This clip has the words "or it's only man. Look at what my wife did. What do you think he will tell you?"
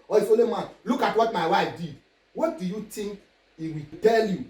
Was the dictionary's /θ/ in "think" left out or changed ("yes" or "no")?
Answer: yes